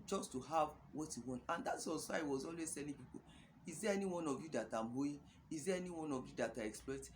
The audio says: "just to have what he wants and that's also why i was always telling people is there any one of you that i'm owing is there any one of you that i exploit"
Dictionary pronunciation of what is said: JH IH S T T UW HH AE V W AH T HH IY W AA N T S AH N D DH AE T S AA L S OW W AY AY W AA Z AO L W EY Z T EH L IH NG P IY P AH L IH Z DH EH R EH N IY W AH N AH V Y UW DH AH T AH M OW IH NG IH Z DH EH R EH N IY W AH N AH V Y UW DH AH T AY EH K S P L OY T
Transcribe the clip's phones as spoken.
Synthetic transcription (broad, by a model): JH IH S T T UW HH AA V W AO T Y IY W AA N T AH N D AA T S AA S W AY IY W AA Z AO L W EY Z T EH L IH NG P IY P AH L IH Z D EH EH N IY W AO N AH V Y UW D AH T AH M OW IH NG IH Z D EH EH N IY W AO N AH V Y UW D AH T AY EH K S P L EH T